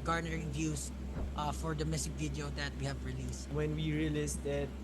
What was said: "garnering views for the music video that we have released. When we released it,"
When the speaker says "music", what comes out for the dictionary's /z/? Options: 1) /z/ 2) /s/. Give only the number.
2